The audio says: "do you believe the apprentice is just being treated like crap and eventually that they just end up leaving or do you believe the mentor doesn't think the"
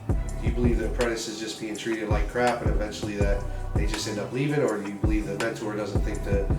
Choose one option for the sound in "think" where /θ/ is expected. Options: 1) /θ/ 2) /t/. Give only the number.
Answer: 1